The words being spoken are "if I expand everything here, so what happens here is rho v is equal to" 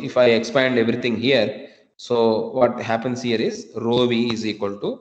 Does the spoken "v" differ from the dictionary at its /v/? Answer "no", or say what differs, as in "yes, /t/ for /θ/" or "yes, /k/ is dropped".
no